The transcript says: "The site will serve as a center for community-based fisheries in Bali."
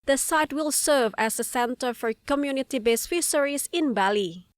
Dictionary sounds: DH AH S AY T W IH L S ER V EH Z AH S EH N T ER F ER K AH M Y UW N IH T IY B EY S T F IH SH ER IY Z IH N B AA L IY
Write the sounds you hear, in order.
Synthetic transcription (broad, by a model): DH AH S AY T W IH L S ER V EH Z AH S EH N T ER F ER K AH M Y UW N IH T IY B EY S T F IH S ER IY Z IH N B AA L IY